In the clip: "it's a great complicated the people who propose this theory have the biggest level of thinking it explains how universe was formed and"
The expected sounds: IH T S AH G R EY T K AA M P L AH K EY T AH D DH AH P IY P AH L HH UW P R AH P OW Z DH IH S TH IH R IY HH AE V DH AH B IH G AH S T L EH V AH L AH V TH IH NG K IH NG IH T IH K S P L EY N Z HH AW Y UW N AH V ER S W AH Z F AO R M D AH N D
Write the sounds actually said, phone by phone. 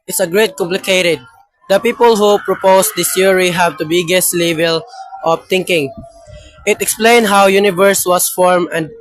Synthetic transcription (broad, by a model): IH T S AH G R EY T K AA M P L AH K EY T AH D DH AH P IY P AH L HH UW P R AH P OW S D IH S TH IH R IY HH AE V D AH B IH G AH S T L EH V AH L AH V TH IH NG K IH NG IH T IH K S P L EY N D HH AW Y UW N AH V ER S W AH S F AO R M AH N D